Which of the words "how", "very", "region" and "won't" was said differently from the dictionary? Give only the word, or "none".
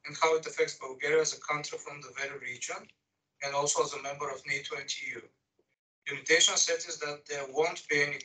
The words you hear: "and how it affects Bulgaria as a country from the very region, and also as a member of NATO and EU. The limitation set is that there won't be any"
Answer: none